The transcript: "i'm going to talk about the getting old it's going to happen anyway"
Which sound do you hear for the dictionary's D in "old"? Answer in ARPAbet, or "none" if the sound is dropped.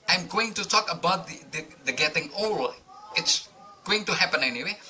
none